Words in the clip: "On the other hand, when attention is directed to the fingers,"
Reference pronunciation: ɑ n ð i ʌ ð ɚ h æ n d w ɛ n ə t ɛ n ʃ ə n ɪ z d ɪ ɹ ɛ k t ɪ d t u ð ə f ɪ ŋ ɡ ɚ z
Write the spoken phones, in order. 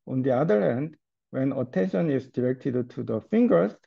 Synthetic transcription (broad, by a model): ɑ n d i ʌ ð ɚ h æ n d w ɛ n ə t ɛ n ʃ ə n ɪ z d ɪ ɹ ɛ k t ɪ d t u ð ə f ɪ ŋ ɡ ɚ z